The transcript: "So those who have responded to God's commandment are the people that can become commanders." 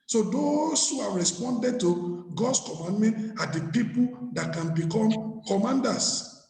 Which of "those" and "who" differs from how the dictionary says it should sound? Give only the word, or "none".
those